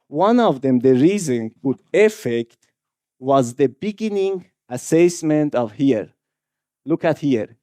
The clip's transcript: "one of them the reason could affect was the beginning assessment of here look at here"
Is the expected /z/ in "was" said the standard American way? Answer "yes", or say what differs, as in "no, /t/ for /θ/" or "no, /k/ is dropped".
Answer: yes